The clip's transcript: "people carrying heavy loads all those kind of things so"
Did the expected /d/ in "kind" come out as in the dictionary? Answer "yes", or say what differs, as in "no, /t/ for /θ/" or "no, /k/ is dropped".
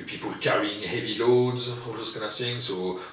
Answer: no, /d/ is dropped